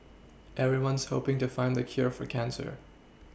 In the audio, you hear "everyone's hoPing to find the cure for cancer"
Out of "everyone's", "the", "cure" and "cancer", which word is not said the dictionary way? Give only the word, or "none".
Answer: none